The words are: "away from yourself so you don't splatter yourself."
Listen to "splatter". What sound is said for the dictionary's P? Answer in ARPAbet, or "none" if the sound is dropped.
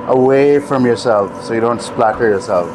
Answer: P